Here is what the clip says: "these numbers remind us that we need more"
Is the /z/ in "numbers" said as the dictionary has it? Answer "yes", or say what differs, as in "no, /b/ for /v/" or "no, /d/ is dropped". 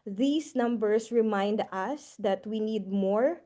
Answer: no, /s/ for /z/